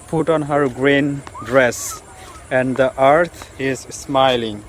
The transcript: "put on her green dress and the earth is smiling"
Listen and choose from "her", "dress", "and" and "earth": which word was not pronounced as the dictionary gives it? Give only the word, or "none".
earth